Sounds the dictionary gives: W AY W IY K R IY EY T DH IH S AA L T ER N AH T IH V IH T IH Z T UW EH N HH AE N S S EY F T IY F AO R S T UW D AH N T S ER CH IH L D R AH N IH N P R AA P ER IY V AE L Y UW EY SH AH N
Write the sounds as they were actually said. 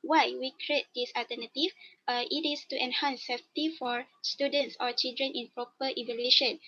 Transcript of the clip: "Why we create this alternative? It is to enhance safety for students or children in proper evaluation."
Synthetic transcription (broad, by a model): W AY W IY K R IY EY T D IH S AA L T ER N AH T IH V IH T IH S T UW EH N HH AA N S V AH T IY F AO R S T UW D AH N T S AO CH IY L D R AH N IH N P R AA P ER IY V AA L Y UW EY SH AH N